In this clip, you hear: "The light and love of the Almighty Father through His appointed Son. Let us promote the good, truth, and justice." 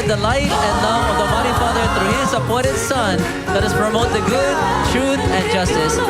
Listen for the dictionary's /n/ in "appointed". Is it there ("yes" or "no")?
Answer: no